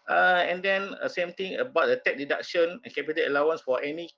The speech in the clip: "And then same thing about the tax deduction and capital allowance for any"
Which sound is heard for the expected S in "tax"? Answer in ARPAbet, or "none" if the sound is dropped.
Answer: none